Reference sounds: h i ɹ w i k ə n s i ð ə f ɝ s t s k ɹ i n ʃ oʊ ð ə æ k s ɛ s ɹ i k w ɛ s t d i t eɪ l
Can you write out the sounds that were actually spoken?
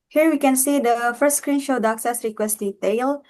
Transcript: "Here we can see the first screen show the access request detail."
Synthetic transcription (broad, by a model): h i ɹ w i k ə n s i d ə f ɝ s t s k ɹ i n ʃ oʊ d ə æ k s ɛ s ɹ i k w ɛ s t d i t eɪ l